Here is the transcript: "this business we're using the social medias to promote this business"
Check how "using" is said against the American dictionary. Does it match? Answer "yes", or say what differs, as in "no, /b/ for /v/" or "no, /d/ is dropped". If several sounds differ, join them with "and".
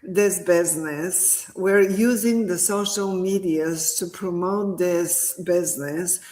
yes